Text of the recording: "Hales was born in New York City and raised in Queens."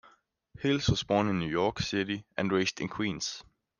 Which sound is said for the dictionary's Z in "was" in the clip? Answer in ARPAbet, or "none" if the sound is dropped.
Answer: S